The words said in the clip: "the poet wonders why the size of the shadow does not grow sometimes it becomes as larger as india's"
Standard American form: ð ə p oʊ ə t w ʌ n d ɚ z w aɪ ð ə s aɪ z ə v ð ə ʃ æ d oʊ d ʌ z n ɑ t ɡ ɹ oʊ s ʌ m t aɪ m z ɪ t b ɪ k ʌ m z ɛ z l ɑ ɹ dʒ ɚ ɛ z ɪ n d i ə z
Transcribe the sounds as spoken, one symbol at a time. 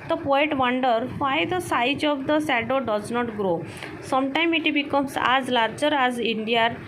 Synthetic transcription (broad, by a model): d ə p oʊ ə t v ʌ n d ɚ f aɪ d ə s aɪ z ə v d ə s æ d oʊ d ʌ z n ɑ t ɡ ɹ oʊ s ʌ m t aɪ m ɪ t b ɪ k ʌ m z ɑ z l ɑ ɹ dʒ ɚ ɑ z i n d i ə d